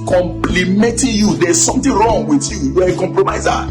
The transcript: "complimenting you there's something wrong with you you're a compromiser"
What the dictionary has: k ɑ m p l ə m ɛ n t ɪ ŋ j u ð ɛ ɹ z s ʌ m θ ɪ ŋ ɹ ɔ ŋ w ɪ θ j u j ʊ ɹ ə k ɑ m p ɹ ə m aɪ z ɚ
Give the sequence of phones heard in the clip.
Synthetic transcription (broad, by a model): k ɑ m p l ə m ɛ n t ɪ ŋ j u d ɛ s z s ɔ m t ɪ ɹ ɔ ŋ w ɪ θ j u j ə k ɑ m p ɹ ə m aɪ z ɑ